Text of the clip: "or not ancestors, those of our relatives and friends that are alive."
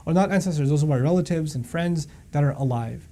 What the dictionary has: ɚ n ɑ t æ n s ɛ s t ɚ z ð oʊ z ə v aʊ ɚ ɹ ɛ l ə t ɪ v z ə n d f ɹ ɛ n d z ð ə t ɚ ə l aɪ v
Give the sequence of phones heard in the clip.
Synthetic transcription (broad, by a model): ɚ n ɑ t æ n s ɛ s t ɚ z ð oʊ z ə b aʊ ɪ ɹ ɛ l ə t ɪ v z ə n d f ɹ ɛ n d z ð ə t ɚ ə l aɪ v